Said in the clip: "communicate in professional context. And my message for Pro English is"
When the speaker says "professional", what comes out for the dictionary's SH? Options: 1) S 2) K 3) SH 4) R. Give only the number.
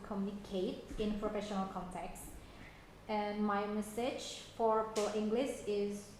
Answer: 3